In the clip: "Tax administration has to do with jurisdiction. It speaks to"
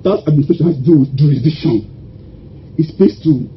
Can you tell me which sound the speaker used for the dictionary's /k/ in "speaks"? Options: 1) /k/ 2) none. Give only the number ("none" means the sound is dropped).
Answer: 2